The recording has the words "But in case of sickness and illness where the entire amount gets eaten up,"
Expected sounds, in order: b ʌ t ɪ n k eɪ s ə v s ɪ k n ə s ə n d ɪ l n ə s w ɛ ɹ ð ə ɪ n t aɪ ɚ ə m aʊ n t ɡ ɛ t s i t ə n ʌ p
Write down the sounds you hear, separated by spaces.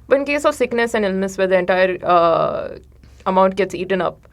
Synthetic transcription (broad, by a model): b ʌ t ɪ n k eɪ s ə v s ɪ k n ə s ə n d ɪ l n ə s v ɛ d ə ɪ n t aɪ ɚ ə m aʊ n t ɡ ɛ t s i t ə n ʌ p